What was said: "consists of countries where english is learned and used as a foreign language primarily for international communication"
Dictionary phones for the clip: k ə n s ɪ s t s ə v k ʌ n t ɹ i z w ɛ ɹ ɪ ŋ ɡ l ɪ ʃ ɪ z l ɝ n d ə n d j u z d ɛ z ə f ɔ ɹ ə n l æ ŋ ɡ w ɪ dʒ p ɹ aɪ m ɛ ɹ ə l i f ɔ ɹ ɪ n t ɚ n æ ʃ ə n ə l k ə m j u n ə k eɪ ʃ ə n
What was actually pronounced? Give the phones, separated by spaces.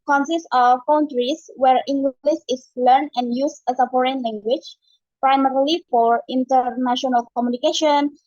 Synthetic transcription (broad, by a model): k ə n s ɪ s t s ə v k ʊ n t ɹ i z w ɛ ɹ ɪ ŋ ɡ l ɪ s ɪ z l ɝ n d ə n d j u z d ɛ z ə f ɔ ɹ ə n l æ ŋ ɡ w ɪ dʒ p ɹ aɪ m ɛ ɹ ə l i f ɔ ɹ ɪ n t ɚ n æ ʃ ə n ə l k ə m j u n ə k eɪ ʃ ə n